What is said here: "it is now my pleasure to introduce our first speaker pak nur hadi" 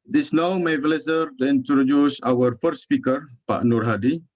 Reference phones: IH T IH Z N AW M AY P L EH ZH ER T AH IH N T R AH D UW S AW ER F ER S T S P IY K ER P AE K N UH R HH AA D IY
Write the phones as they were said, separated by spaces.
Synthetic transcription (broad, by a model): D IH S N AW M AY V L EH S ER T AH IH N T R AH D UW S AW ER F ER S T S P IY K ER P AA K N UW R HH AA D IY